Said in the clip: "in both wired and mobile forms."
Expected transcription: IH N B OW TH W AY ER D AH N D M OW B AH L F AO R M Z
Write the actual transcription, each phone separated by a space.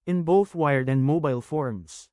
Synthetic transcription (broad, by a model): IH N B OW TH W AY ER D AH N D M OW B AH L F AO R M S